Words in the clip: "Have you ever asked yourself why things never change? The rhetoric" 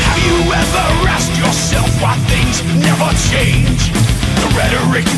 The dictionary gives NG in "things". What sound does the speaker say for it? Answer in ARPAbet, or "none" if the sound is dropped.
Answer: NG